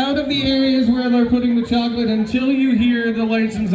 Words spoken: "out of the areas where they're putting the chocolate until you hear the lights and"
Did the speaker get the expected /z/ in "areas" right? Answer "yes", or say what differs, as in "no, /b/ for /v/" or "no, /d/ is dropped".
yes